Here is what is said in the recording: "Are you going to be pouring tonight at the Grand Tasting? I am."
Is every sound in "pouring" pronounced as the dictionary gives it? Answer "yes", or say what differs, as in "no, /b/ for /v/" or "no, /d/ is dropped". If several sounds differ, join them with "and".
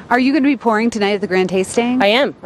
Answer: yes